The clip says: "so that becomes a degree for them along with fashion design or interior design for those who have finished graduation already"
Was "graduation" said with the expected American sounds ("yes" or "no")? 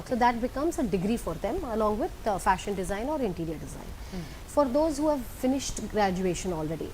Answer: yes